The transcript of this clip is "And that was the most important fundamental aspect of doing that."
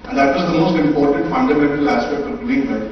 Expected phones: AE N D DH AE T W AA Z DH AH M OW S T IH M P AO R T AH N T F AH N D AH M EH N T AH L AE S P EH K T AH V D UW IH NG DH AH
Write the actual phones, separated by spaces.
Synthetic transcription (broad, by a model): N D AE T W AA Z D AH M OW S T IH M P AO R T AH N T F AH N D AH M EH N T AH L AE S P EH K T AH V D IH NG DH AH